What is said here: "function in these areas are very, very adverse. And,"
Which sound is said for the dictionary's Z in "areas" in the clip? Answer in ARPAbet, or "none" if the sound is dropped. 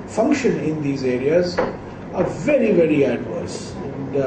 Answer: Z